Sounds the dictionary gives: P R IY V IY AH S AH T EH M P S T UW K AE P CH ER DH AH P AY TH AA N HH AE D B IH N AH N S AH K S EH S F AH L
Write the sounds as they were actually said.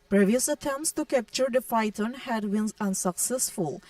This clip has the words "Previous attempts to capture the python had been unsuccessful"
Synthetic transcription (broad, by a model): P R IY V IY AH S AH T EH M P S T UW K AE P CH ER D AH F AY T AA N HH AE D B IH N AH N S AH K S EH S F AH L